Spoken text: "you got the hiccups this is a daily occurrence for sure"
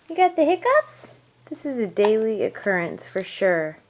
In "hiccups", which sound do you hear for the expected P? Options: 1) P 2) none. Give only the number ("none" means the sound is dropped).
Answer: 1